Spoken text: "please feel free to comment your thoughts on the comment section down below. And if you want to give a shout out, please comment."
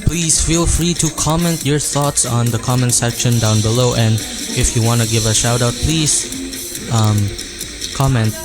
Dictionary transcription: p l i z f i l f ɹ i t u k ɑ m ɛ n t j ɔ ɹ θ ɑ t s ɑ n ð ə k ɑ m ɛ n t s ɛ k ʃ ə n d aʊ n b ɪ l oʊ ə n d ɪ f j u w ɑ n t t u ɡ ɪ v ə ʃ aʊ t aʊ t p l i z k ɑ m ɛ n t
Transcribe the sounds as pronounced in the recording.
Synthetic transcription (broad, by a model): p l i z f i l f ɹ i t u k ɑ m ɛ n t j ɔ ɹ θ ɑ t s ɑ n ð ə k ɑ m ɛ n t s ɛ k ʃ ə n d aʊ n b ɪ l oʊ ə n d ɪ f j u w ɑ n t t u ɡ ɪ v ə ʃ aʊ t aʊ t p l i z k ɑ m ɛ n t